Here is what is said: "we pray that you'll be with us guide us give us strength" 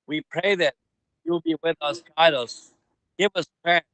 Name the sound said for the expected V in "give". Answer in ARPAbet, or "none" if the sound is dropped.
V